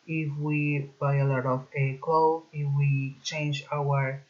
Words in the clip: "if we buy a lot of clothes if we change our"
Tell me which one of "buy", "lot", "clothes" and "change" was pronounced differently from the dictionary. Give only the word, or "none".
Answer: clothes